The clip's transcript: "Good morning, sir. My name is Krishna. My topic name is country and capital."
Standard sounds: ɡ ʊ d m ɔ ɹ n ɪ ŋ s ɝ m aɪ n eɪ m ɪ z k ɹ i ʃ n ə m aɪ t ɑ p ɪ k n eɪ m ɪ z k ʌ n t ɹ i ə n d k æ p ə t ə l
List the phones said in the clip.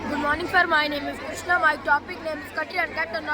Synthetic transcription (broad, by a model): ɡ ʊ d m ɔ ɹ n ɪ ŋ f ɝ m aɪ n eɪ m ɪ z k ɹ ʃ n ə m aɪ t ɑ p ɪ k n eɪ m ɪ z k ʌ t i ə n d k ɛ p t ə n